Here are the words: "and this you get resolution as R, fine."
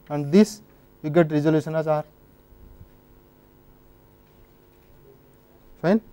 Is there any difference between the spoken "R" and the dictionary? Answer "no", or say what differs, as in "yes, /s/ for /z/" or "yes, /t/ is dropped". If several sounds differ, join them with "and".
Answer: no